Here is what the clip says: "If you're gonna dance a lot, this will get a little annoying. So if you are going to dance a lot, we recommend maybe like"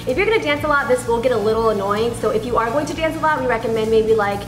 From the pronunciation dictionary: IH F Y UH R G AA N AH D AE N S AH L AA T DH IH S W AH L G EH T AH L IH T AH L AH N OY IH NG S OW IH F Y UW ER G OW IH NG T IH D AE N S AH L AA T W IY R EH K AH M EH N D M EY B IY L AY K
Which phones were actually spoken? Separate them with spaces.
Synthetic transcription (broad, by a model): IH F Y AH R G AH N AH D AE N S AH L AA T DH IH S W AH N G EH T AH L IH T L AH N OY IH NG S OW IH F Y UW ER G OW IH NG T IH D AE N S AH L AA T W IY R EH K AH M EH N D M EY B IY L AY K